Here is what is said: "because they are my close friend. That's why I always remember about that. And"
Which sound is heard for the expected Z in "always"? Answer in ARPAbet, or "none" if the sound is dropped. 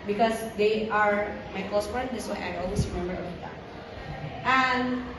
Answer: S